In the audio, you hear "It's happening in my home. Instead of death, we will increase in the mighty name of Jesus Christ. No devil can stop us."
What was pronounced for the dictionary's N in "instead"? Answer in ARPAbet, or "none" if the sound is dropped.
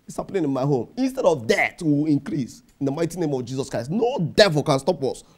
N